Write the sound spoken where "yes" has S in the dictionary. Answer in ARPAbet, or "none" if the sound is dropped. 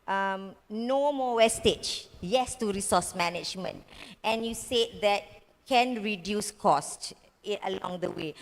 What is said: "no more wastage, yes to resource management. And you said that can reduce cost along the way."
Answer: S